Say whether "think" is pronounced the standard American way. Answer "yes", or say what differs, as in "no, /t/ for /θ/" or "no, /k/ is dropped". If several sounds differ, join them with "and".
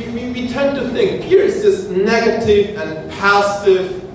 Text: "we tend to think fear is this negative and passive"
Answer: yes